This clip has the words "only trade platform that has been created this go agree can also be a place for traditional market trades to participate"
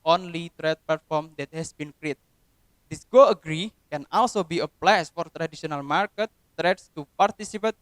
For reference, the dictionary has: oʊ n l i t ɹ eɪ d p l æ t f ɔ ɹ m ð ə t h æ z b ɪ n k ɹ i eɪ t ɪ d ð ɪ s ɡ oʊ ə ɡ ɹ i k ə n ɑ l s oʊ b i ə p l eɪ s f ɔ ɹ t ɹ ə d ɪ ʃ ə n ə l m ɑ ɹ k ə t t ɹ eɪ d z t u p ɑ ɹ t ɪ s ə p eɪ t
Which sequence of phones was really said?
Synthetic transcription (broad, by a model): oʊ n l i t ɹ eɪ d p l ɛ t f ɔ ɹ m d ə t h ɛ s b ɪ n k ɹ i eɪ t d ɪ s ɡ oʊ ə ɡ ɹ i k ə n ɑ l s oʊ b i ə p l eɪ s f ɔ ɹ t ɹ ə d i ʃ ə n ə l m ɑ ɹ k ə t t ɹ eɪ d s t u p ɑ ɹ t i s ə p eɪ t